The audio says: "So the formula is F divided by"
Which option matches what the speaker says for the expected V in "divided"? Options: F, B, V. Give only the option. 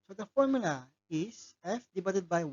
B